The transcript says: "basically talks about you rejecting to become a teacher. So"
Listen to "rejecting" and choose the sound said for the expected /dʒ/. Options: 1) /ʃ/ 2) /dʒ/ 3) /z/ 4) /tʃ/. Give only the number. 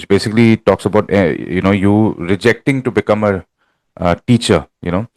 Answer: 2